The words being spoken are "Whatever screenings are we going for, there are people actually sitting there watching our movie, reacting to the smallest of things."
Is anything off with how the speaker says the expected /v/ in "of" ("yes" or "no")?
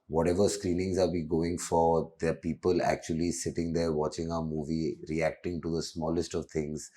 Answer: no